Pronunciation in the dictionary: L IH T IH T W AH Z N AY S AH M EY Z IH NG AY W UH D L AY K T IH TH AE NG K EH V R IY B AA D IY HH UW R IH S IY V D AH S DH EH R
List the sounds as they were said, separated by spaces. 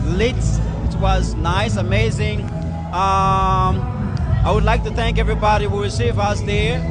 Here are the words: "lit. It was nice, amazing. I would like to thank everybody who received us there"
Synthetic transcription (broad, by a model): L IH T IH T W AH Z N AY S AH M EY Z IH NG AY W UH D L AY K T IH TH AE NG K EH V R IY B AA D IY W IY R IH S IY V AH S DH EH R